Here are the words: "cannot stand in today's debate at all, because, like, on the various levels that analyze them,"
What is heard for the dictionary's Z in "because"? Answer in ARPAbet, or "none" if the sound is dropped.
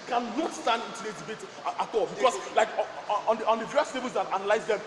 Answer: S